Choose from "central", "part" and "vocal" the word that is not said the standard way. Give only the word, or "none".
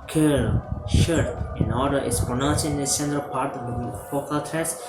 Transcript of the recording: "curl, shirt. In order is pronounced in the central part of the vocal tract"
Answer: vocal